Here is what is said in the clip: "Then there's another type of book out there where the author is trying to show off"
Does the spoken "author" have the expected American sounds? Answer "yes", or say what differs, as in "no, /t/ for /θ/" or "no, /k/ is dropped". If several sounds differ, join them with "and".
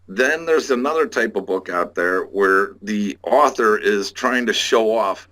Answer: yes